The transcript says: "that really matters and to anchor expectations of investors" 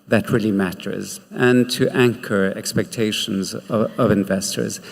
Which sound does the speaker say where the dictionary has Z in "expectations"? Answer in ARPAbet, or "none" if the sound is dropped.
Z